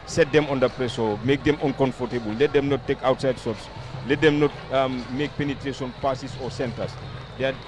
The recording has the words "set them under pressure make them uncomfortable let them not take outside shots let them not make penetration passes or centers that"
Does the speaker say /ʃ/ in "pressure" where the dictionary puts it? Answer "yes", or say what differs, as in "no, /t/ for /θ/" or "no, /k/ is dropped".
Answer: no, /s/ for /ʃ/